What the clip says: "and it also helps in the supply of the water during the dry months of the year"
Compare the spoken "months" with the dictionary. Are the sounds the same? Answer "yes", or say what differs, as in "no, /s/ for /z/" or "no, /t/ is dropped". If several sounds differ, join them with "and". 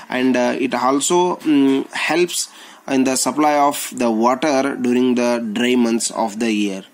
no, /t/ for /θ/